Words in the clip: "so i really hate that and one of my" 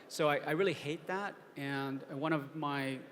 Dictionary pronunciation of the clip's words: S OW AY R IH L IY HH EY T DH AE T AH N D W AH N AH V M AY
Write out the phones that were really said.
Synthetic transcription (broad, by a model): S OW AY R IH L IY HH EY T DH AE T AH N W AH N AH V M AY